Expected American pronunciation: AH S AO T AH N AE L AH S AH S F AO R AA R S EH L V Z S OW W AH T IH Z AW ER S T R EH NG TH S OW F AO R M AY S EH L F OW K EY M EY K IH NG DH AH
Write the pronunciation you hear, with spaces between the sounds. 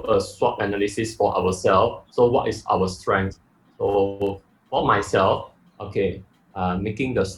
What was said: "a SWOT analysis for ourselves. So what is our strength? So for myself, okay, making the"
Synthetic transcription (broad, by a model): AH S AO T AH N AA L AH S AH S F AO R AA W S EH L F S OW W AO T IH S AW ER S T R EH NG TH S OW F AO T M AY S EH L F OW K EY M EY K IH NG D AH